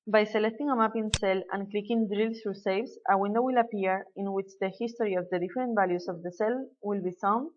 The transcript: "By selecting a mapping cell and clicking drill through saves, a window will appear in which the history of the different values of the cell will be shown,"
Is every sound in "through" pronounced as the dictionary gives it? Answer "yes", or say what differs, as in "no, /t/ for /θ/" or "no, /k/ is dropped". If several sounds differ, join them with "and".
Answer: no, /s/ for /θ/